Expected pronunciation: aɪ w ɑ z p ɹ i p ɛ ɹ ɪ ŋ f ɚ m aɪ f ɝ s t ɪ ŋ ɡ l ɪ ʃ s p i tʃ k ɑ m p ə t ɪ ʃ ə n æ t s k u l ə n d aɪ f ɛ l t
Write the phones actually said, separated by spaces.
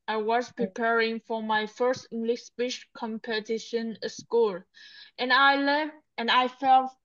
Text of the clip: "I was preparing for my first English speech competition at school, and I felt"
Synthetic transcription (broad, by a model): aɪ w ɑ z p ɹ i p ɛ ɹ ɪ ŋ f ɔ m aɪ f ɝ s t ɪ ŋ ɡ l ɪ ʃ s b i ʃ k ɑ m p ə t ɪ ʃ ə n s k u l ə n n aɪ f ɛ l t